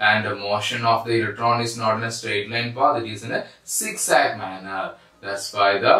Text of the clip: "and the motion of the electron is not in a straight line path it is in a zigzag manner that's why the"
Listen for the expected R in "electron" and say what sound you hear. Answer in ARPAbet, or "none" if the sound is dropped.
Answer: R